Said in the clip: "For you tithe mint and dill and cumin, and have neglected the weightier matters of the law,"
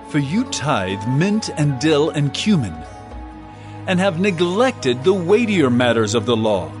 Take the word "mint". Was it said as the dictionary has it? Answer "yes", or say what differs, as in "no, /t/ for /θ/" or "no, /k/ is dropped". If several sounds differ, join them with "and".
yes